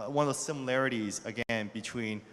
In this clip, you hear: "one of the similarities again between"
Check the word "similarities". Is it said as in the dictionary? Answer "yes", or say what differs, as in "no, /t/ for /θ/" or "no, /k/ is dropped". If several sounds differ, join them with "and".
yes